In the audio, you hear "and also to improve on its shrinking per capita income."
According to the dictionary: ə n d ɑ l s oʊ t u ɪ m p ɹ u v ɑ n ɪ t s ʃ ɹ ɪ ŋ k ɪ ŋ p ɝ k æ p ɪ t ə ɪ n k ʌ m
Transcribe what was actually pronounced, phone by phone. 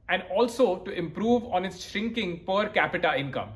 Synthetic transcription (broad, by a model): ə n d ɑ l s oʊ t u ɪ m p ɹ u v ɑ n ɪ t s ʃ ɹ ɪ ŋ k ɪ ŋ p ɝ k æ p ɪ t ə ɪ n k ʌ m